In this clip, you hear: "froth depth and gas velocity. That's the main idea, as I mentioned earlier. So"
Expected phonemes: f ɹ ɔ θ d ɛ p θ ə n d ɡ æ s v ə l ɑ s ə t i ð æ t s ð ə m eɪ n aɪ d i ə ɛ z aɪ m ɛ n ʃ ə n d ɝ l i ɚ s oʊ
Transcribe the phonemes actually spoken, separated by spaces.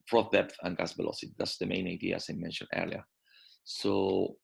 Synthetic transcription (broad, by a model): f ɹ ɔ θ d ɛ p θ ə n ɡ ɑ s b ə l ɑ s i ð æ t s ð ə m eɪ n aɪ d i ə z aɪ m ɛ n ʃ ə n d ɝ l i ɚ s oʊ